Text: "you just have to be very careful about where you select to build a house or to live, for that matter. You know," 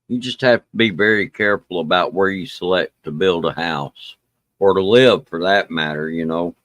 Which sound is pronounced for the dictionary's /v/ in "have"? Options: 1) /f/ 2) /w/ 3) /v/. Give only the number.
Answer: 1